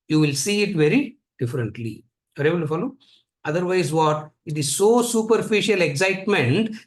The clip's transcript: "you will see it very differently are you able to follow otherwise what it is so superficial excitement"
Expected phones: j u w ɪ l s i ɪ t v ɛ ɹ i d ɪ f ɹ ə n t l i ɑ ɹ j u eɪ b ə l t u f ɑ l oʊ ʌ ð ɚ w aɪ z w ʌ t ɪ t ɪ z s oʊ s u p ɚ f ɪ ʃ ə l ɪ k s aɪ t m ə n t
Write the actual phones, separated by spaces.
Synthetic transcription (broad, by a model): j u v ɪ l s i ɪ t v ɛ ɹ i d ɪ f ɹ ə n t l i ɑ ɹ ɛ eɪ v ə n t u f ɑ l oʊ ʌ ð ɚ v aɪ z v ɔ t ɪ t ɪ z s oʊ s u p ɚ f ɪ ʃ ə l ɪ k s aɪ t m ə n t